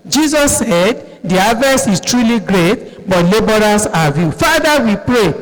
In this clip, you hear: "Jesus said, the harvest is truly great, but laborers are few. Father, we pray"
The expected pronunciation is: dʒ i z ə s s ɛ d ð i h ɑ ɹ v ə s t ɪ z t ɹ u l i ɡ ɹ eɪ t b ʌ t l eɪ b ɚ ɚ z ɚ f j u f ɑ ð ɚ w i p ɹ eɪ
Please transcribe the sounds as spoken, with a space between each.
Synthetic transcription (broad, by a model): dʒ i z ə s s ɛ d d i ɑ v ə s ɪ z t ɹ u l i ɡ ɹ eɪ t b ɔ t l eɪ b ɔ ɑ s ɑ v j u f ɑ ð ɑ w i p ɹ eɪ